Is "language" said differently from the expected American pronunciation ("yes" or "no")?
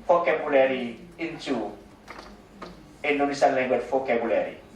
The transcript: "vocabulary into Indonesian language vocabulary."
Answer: yes